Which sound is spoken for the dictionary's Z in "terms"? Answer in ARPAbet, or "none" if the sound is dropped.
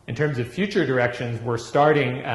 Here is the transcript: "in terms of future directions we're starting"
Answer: Z